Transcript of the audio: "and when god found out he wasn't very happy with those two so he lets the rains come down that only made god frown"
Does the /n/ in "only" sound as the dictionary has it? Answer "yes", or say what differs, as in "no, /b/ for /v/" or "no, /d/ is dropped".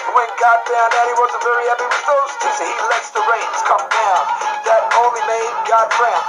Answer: no, /n/ is dropped